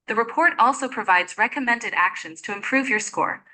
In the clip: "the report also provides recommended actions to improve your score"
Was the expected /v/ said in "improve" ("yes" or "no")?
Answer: yes